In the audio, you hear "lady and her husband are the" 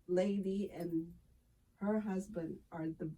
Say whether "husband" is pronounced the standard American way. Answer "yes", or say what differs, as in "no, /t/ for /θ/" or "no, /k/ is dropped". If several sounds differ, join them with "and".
yes